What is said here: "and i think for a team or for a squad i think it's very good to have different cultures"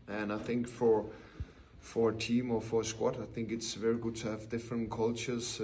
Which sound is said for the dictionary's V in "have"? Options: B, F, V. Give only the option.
V